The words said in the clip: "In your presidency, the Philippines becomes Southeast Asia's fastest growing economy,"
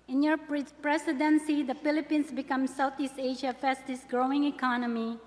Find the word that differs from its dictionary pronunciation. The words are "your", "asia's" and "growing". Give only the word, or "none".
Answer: asia's